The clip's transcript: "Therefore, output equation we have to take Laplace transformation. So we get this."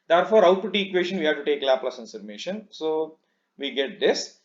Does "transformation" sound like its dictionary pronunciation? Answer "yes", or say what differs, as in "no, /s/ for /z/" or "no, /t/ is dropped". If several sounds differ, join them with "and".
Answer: no, /f/ is dropped